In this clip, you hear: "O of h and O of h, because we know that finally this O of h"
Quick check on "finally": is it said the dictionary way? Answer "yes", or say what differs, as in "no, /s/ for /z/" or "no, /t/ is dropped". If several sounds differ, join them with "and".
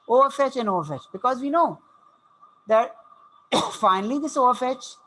yes